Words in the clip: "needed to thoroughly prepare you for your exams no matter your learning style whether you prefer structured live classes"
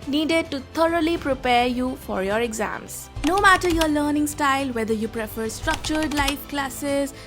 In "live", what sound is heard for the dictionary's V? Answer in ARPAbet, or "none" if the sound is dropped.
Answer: F